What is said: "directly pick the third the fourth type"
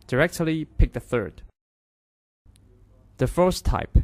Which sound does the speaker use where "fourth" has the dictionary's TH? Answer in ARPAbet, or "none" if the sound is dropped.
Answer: S